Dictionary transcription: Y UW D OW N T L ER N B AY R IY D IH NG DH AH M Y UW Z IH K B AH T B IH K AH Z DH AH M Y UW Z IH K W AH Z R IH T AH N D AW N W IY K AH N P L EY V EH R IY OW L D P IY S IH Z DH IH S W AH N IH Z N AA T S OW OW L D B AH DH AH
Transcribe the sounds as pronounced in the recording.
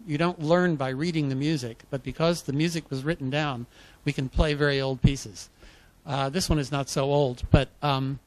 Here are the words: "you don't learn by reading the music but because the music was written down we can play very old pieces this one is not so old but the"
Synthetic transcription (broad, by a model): Y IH D OW N T L ER N B AY R IY D IH NG DH AH M Y UW Z IH K B AH T B IH K AH Z DH AH M Y UW Z IH K W AH Z R IH T N D AW N W IY K AH N P L EY V EH R IY OW L D P IY S IH Z DH IH S W AH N IH Z N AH T S OW OW L D B AH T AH